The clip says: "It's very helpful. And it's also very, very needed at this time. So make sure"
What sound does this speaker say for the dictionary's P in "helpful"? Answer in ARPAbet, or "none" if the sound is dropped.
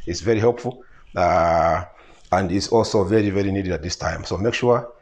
P